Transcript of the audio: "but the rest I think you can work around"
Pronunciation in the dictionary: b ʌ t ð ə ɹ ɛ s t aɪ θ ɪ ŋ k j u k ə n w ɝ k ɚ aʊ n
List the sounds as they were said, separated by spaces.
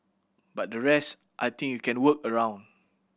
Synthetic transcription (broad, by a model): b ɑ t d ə ɹ ɛ s t aɪ t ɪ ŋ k j u k ə n w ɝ k ɚ aʊ n